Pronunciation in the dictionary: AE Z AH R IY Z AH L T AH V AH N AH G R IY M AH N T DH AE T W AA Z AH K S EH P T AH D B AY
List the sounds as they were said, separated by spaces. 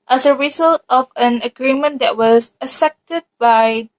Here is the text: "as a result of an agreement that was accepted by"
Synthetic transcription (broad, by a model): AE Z AH R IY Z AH L T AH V AH N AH G R IY M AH N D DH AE T W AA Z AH S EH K T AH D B AY